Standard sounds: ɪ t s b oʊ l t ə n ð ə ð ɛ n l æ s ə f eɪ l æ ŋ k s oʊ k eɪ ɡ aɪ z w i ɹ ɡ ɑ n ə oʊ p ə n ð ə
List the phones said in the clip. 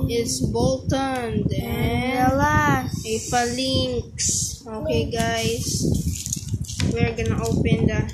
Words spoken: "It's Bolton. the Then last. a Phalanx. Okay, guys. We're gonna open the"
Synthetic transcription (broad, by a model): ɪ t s b oʊ l t ə n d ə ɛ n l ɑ ə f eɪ l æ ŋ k s oʊ k eɪ ɡ aɪ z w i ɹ ɡ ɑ n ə oʊ p ə n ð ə